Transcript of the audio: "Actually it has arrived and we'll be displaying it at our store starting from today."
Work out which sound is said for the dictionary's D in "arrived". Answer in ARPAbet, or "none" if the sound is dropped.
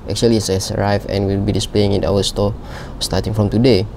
none